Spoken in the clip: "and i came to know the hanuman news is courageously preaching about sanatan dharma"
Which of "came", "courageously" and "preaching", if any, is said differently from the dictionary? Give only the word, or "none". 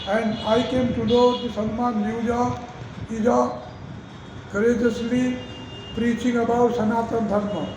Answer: none